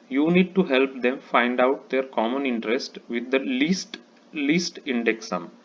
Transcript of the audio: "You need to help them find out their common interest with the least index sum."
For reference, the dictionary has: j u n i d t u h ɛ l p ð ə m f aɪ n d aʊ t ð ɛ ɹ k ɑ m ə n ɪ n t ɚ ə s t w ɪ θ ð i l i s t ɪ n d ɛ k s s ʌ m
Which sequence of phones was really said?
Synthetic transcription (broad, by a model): j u n i d t u h ɛ l p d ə m f aɪ n d aʊ t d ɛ ɹ k ɑ m ə n ɪ n t ɚ ə s t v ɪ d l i l i s t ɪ n d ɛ k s s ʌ m